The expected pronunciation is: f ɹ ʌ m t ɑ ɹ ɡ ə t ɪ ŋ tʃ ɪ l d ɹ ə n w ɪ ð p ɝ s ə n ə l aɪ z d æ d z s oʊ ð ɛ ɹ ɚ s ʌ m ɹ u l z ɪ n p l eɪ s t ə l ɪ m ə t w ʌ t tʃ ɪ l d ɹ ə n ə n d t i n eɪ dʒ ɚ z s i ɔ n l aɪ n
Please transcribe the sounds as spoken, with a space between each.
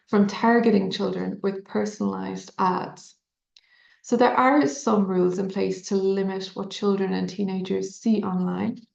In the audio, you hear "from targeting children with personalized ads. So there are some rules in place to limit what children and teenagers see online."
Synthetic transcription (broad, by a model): f ɹ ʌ m t ɑ ɹ ɡ ə t ɪ ŋ tʃ ɪ l d ɹ ə n w ɪ ð p ɝ s ə n ə l aɪ z d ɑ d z s oʊ ð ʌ ɹ ɚ s ʌ m ɹ u l z ɪ n p l eɪ s t ə l ɪ m ə t w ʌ t tʃ ɪ l d ɹ ə n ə n t i n eɪ dʒ ɚ z s i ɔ n l aɪ n